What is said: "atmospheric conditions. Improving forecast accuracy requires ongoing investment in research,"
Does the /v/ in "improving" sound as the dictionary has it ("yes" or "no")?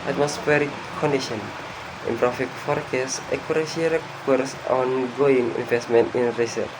no